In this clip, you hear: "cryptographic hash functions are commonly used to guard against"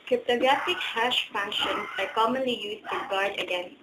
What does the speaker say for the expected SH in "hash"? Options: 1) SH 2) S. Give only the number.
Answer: 1